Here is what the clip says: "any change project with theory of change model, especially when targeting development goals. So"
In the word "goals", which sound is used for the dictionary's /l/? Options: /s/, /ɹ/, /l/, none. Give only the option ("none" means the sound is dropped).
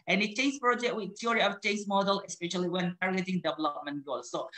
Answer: none